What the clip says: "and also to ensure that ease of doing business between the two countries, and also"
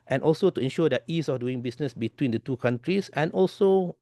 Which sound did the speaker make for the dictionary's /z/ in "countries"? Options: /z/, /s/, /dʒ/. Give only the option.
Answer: /s/